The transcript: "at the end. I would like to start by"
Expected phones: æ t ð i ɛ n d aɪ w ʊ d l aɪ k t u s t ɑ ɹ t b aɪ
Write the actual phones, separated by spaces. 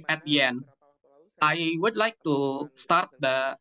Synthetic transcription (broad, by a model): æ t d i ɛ n aɪ w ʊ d l aɪ k t u s t ɑ ɹ t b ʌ